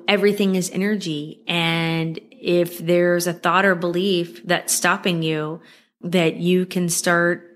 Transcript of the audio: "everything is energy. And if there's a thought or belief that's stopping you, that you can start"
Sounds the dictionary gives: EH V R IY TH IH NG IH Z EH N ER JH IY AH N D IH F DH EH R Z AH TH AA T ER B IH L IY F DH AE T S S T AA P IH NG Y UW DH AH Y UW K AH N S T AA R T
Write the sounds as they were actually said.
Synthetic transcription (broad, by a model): EH V R IY TH IH NG IH Z EH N ER JH IY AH N IH F DH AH R Z AH TH AA T ER B IH L IY F DH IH T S S T AA P IH NG Y UW DH AH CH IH K AH N S T AA R T